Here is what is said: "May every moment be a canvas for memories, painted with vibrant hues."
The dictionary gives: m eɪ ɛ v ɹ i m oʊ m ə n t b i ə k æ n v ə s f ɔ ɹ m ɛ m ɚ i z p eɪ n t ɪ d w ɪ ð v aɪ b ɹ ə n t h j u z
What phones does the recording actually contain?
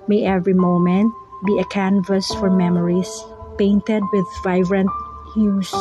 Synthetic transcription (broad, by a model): m eɪ ɛ v ɹ i m oʊ m ə n t b i ə k æ n v ə s f ɔ ɹ m ɛ m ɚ i s p eɪ n t ɪ d w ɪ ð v aɪ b ɹ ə n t h j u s